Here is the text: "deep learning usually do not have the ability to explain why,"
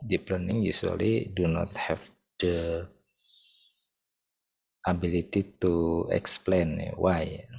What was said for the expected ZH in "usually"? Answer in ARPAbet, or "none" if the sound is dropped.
S